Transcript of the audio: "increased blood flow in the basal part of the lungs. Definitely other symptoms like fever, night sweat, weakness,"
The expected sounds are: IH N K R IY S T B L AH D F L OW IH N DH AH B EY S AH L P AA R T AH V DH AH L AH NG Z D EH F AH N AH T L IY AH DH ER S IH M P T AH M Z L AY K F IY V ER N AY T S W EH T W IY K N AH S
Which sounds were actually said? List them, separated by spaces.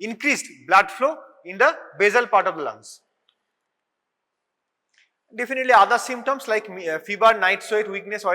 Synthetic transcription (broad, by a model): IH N K R IY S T B L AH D F L OW IH N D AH B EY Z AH L P AA R T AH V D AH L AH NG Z D EH F AH N AH T L IY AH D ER S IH M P T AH M S L AY K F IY B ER N AY T S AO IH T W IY K N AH S